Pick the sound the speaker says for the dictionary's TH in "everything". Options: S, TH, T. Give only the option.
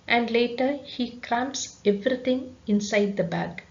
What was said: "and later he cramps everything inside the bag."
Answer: T